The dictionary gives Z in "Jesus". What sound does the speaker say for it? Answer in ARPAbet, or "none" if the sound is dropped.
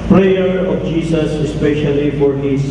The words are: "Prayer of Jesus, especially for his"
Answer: S